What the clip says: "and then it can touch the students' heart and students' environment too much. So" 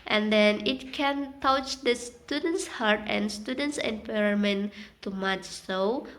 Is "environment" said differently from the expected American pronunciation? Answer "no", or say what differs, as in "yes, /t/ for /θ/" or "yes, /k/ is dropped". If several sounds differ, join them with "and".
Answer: yes, /p/ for /v/